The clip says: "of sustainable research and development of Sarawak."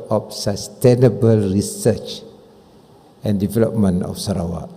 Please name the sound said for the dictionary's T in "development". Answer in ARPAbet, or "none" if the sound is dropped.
none